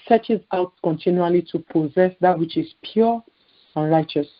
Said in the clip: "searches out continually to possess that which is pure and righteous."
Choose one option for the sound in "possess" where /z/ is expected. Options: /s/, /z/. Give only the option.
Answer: /z/